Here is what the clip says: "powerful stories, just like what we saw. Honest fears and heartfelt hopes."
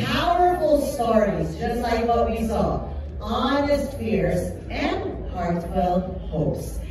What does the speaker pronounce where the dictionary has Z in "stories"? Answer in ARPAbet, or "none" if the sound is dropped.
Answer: Z